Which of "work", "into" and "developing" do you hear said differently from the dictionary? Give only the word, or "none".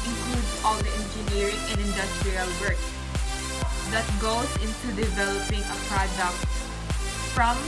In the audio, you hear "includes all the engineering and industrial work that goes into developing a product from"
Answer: none